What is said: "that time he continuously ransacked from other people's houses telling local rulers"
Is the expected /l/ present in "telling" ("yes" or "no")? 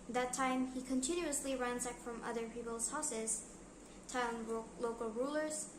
no